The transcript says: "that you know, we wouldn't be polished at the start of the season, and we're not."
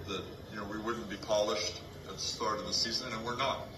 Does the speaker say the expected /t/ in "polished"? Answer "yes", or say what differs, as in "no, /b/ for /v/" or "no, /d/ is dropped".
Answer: yes